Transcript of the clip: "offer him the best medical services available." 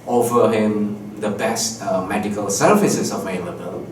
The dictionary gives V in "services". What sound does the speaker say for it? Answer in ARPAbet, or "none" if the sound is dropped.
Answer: F